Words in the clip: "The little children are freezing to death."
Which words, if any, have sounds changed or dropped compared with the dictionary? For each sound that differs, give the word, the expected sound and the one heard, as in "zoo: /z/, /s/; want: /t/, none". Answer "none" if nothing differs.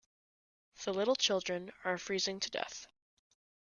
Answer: none